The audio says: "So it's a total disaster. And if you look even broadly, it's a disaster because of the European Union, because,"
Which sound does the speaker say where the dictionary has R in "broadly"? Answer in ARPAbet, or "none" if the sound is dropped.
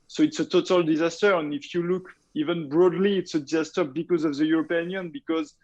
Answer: R